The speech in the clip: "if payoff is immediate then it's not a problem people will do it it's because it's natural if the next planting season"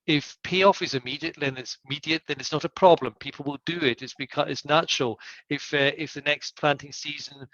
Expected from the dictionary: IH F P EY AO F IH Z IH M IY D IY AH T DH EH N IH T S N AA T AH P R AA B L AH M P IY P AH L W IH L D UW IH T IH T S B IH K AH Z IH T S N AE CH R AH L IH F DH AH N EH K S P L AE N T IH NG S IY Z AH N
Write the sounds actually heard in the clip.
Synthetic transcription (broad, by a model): IH F P EY AO F IH Z IH M IY D IY AH T DH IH N IH T S N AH T AH P R AA B L AH M P IY P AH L W IH L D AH IH T IH T S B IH K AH IH T S N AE CH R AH L IH F DH AH N EH K S P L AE N T IH NG S IY Z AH N